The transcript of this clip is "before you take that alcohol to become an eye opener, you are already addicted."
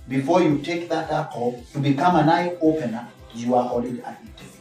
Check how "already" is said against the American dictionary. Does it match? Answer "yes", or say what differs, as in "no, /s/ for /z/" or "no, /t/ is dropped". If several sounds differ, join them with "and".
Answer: no, /l/ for /ɹ/